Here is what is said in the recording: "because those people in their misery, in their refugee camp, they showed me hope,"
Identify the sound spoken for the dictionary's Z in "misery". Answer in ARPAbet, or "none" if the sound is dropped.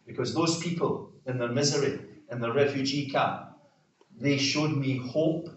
Z